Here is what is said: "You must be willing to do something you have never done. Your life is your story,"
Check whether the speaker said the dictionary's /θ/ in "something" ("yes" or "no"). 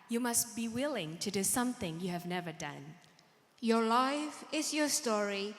yes